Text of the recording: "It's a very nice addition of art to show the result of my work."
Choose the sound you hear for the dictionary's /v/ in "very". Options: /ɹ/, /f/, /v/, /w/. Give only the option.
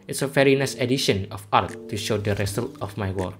/f/